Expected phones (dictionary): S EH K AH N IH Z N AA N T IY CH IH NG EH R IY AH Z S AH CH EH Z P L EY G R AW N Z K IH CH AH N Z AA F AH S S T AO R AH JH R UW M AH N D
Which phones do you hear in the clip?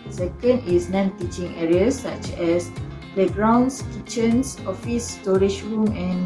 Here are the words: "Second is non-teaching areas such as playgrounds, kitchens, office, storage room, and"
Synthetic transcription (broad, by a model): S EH K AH N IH S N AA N T IY CH IH NG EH R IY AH S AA CH EH S P L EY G R AW N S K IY CH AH N S AA F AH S S T AO R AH SH R UW M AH N